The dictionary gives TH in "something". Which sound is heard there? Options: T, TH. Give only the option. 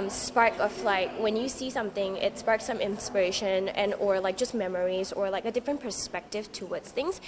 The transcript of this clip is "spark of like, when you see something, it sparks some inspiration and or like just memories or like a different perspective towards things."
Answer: TH